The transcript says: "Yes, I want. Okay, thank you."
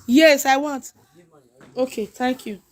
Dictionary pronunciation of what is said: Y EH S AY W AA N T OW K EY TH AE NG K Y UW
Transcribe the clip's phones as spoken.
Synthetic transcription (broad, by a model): Y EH S AY W AA N T OW K EY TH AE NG K Y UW